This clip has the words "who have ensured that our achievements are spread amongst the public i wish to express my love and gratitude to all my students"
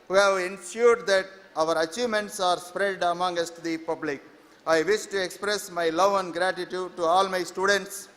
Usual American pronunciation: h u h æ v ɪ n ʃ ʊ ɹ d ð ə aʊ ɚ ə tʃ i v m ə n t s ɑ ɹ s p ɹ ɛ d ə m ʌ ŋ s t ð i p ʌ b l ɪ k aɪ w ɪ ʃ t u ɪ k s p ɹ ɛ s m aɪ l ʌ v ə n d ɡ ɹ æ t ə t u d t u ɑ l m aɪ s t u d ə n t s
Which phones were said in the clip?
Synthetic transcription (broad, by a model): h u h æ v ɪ n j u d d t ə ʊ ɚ ə tʃ i v m ə n t s ɑ ɹ s p ɹ ɛ d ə m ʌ ŋ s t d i p ʌ b l ɪ k aɪ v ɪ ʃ t u ɪ k s p ɹ ɛ s m aɪ l ʌ v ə n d ɡ ɹ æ t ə t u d t u ɑ l m aɪ s t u d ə n t s